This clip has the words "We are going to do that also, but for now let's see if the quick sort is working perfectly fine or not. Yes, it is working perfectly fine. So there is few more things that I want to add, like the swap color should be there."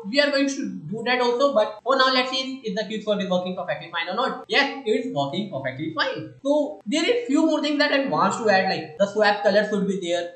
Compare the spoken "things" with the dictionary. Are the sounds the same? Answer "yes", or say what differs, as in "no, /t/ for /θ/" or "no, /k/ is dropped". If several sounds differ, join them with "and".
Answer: no, /t/ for /θ/